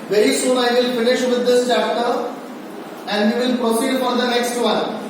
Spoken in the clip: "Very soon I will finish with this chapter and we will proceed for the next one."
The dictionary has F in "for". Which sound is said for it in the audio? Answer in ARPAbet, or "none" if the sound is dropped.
P